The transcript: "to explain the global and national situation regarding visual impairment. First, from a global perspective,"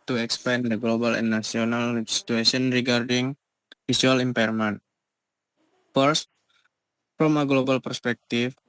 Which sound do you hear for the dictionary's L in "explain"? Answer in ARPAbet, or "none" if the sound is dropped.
none